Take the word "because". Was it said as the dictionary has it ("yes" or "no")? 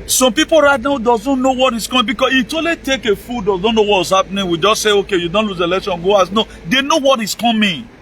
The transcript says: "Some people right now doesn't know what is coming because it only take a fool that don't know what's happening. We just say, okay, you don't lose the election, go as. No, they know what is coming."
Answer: no